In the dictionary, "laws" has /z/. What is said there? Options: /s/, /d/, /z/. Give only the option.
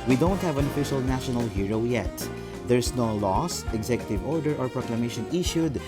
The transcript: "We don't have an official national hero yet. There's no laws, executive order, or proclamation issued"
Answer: /s/